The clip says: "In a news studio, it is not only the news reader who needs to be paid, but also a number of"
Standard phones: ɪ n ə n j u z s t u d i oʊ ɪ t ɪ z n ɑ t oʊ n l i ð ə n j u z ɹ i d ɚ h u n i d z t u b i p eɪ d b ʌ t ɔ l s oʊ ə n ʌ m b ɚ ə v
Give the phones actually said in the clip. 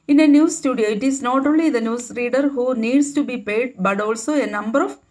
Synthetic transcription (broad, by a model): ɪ n ə n j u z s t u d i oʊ ɪ t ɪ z n ɑ t oʊ n l i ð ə n j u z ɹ i d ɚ h u n i d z t u b i p eɪ d b ʌ t ɔ l s oʊ ə n ʌ m b ɚ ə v